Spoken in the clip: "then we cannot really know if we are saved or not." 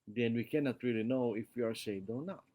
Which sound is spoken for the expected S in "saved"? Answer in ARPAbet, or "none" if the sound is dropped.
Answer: SH